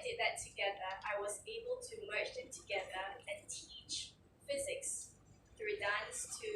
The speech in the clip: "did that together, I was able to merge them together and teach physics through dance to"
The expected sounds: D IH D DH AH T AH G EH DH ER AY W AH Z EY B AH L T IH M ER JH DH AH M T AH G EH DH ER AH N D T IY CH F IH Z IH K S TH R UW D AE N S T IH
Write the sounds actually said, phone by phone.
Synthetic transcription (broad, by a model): D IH D DH AH T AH G EH DH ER AY W AH Z EY B AH L T IH M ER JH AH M T AH G EH DH ER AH N T IY CH F IH Z IH K S TH R UW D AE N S T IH